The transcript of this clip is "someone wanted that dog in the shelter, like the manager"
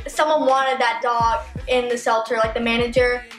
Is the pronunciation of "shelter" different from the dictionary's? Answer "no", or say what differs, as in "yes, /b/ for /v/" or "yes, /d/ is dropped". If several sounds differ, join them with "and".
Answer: yes, /s/ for /ʃ/